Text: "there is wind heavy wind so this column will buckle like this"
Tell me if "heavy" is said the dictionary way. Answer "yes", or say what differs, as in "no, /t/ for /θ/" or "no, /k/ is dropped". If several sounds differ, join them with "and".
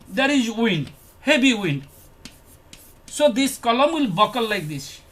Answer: no, /b/ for /v/